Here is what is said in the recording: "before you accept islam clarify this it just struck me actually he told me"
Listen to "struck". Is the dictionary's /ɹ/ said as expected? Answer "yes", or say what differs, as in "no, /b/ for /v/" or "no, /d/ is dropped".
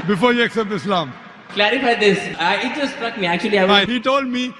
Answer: yes